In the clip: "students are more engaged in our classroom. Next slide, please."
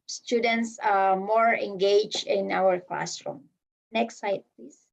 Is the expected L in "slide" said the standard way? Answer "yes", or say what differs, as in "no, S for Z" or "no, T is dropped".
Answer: no, L is dropped